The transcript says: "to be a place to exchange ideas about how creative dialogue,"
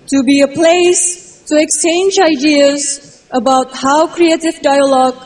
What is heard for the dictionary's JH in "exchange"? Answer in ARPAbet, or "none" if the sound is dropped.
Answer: JH